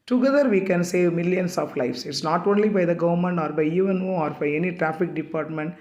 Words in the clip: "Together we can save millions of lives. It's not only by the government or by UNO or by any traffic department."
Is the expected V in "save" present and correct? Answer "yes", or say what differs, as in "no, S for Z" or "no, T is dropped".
yes